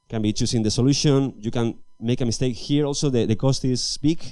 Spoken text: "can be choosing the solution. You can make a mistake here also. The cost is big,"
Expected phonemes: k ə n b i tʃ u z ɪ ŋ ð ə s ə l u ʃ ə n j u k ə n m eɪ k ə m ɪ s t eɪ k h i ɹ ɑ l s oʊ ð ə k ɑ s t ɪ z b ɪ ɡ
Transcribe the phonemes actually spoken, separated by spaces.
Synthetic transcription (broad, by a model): k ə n b i tʃ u s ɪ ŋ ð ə s ə l u ʃ ə n j u k ə n m eɪ k ə m ɪ s t eɪ k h i ɹ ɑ l s oʊ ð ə k ɑ s t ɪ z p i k